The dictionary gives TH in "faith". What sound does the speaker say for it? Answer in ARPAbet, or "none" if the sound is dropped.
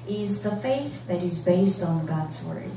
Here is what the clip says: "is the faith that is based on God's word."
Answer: TH